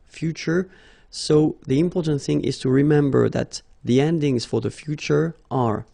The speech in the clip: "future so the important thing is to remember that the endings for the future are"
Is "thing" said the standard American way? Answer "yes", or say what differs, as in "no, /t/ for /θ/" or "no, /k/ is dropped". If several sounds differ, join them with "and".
yes